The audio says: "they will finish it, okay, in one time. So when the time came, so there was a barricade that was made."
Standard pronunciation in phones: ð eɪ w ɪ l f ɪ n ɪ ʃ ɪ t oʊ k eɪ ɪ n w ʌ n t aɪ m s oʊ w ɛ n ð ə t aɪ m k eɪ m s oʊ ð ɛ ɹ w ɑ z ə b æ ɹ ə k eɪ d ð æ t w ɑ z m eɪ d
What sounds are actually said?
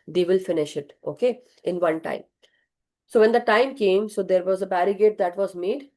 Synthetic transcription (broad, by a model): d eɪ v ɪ l f ɪ n ɪ ʃ ɪ t oʊ k eɪ ɪ n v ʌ n t aɪ m s oʊ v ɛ n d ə t aɪ m k eɪ m s oʊ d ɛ ɹ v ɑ z ə b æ ɹ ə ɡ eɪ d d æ t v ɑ z m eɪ d